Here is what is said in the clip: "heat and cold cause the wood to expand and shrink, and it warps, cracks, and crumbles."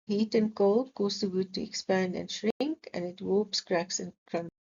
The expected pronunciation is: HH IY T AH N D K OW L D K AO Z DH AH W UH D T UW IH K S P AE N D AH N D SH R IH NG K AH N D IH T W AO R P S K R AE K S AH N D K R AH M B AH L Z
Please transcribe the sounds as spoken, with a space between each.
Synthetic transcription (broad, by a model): HH IY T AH N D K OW L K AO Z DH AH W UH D T UW IH K S P AE N D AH N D SH R IH NG K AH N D IH T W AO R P S K R AE K S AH N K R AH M